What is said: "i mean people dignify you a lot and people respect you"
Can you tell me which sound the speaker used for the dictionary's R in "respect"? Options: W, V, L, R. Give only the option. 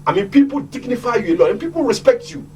R